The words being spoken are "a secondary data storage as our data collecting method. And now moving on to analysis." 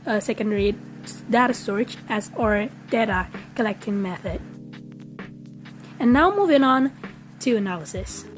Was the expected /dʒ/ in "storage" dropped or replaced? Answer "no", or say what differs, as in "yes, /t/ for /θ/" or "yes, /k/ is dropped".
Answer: yes, /tʃ/ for /dʒ/